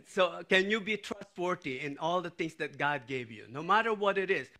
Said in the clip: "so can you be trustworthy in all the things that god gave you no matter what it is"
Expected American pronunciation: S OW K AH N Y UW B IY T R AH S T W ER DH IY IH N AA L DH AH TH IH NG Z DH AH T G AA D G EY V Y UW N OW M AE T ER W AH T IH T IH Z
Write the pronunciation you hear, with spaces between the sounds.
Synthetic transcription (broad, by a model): S OW K AH N Y UW B IY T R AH S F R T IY IH N AA L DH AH T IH NG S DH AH T G AA D G EY V Y UW N OW M AE T ER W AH T IH T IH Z